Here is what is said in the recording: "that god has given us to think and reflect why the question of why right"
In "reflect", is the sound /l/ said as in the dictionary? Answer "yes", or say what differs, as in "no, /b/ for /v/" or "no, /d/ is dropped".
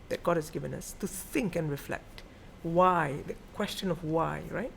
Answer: yes